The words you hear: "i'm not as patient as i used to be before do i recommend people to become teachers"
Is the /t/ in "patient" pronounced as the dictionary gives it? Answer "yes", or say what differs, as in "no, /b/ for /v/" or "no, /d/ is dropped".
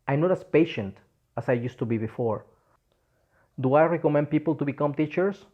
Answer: yes